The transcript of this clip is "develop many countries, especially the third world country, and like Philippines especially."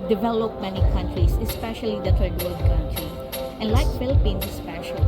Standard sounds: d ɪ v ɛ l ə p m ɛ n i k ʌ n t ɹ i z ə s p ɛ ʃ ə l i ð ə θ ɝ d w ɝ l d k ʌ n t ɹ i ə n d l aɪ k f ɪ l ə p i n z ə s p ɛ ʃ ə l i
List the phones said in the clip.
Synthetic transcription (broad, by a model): d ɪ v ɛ l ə p m ɛ n i k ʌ n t ɹ i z ə s p ɛ ʃ ə l i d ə t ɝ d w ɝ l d k ʌ n t ɹ i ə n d l aɪ k f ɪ l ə p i n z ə s p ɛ ʃ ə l